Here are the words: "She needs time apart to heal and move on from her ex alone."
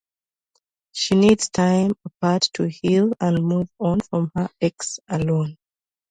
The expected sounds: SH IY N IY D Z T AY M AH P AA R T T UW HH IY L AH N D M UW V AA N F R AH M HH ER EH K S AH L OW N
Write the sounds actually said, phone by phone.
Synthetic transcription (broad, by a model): SH IY N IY D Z T AY M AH P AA R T T UW HH IY L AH N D M UW V AA N F R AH M HH ER EH K S AH L OW N